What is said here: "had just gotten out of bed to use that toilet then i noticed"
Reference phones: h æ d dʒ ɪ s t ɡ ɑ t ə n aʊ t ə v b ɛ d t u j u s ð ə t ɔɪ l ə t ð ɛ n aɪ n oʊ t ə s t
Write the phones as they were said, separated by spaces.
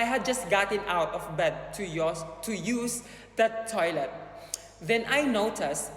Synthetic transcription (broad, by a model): h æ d dʒ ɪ s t ɡ ɑ t ə n aʊ t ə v b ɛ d t u j u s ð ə t ɔɪ l ə t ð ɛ n aɪ n oʊ t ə s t